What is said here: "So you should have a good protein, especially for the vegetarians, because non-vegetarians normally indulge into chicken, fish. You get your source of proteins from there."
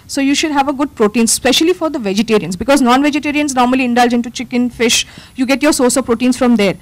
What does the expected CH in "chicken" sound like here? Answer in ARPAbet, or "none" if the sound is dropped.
CH